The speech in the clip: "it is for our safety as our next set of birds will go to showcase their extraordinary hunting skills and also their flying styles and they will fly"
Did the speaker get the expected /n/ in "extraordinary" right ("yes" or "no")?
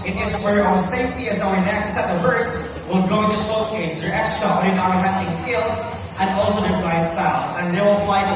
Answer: no